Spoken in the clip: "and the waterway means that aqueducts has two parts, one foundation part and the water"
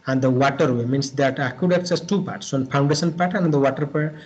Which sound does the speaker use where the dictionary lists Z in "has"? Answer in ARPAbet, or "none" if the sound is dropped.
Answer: S